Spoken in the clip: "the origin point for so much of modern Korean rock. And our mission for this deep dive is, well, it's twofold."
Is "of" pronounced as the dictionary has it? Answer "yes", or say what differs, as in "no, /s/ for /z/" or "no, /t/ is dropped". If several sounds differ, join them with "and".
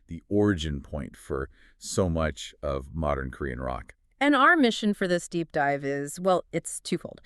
yes